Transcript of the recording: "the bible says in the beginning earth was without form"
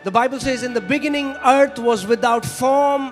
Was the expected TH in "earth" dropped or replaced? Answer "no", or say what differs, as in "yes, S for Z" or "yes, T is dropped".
yes, T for TH